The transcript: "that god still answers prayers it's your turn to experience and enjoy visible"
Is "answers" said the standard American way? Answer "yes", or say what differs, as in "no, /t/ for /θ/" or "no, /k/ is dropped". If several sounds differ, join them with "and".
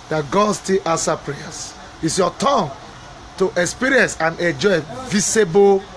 no, /z/ is dropped